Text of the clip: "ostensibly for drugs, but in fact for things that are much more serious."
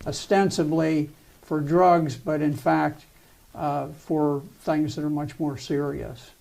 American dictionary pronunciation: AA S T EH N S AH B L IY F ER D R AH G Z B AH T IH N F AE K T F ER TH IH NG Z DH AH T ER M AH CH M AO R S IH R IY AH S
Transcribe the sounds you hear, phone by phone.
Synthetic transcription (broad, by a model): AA S T EH N S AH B L IY F ER D R AH G Z B AH T IH N F AE K T F ER TH IH NG Z DH AH T ER M AH CH M AO R S IH R IY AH S